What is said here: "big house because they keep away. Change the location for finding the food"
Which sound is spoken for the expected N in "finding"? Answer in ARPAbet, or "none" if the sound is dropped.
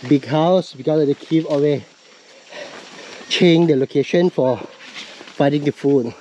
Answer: none